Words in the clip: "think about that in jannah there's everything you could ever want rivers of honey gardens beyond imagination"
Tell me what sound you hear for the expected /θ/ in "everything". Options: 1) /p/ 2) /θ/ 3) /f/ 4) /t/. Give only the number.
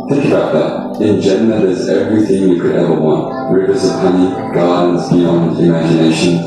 2